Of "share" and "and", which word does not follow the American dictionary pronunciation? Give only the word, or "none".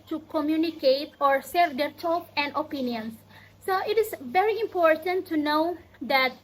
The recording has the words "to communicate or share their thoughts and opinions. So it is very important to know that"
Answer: share